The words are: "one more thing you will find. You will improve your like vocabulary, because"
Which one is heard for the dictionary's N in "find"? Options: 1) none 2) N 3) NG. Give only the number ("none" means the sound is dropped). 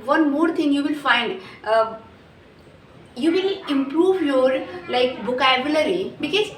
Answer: 2